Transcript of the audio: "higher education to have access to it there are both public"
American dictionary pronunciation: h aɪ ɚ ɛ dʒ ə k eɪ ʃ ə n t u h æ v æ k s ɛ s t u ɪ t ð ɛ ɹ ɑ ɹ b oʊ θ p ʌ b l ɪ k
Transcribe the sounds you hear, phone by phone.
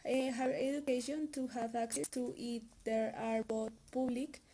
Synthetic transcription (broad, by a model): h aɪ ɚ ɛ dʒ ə k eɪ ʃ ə n t u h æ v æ k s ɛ s t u ɪ t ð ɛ ɹ ɑ ɹ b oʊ t p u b l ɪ k